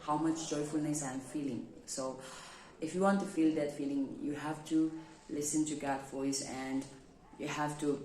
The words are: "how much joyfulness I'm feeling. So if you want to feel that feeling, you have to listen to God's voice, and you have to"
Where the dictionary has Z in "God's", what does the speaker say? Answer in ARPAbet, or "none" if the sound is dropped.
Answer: none